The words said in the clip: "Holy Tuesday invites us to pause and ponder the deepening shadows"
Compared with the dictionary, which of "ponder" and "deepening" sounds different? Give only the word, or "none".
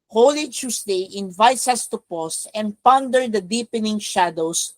none